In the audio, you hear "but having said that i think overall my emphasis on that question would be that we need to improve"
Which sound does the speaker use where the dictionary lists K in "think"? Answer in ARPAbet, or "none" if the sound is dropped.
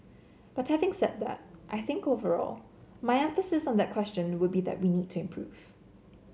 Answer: K